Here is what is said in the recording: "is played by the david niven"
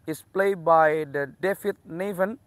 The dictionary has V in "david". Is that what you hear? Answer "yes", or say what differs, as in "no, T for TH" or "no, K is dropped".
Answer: no, F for V